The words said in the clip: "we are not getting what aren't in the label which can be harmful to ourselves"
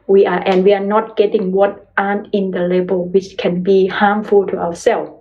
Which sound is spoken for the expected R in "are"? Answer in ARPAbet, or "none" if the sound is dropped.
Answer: W